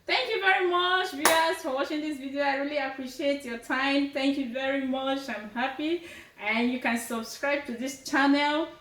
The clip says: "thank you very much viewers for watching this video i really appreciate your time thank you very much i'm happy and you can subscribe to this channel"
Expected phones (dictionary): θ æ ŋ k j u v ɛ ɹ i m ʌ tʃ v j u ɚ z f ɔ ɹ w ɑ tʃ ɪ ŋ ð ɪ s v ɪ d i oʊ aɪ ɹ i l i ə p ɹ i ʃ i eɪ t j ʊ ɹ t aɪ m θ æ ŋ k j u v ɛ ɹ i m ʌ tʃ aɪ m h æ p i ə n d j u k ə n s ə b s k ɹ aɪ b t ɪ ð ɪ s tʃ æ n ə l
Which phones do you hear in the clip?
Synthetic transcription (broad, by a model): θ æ ŋ k j u v ɛ ɹ i m ʌ tʃ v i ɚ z f ɔ ɹ w ɑ tʃ ɪ ŋ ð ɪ s v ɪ d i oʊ aɪ ɹ i l i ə p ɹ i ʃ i eɪ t j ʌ ɹ t aɪ m θ æ ŋ k j u v ɛ ɹ i m ʌ tʃ aɪ m h æ p i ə n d j u k ə n s ə b s k ɹ aɪ b t ɪ ð ɪ s tʃ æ n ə l